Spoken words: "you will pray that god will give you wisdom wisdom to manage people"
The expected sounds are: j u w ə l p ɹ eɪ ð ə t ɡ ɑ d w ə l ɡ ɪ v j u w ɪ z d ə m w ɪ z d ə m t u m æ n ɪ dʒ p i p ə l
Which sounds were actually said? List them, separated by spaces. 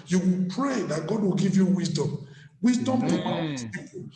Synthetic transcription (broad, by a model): j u w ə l p ɹ eɪ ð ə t ɡ ɑ d w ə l ɡ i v j u w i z d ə m w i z d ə m t u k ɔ ɪ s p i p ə